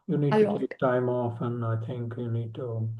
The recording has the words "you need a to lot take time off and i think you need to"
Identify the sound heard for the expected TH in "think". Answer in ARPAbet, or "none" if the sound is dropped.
TH